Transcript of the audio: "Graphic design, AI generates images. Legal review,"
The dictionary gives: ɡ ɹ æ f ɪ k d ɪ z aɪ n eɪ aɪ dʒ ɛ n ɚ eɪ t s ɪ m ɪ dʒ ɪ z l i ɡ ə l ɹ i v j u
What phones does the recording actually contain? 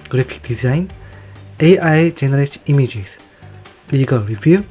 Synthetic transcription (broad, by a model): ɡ ɹ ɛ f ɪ k d ɪ z aɪ n eɪ aɪ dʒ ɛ n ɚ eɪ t i m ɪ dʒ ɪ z l i ɡ ə l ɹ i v j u